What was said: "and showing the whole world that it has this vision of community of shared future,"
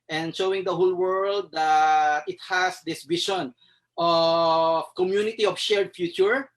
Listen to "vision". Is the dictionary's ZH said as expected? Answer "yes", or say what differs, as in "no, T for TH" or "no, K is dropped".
no, SH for ZH